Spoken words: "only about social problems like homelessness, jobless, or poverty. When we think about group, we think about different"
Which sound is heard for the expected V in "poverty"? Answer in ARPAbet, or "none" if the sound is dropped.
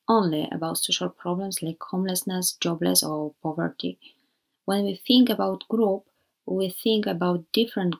V